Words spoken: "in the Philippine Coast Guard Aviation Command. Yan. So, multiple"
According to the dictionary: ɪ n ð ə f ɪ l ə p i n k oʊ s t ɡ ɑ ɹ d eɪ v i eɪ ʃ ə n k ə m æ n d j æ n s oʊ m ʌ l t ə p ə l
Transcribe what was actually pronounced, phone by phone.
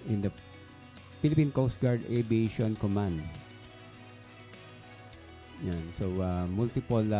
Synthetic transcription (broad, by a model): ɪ n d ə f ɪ l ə p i n k oʊ s t ɡ ɑ ɹ d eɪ b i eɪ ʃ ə n k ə m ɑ n d j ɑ n s oʊ m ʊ l t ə p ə l